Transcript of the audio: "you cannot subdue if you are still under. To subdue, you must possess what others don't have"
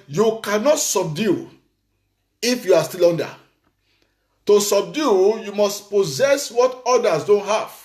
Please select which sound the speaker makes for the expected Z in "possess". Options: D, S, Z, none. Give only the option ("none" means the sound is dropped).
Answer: Z